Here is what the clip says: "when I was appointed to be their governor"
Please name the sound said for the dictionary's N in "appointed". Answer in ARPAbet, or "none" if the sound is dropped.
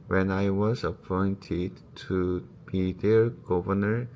N